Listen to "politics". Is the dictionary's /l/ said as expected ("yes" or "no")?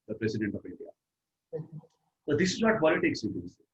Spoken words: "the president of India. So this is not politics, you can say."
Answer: no